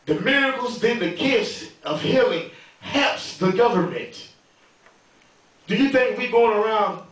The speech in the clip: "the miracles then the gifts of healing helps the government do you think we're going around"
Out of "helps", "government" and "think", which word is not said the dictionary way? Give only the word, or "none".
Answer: helps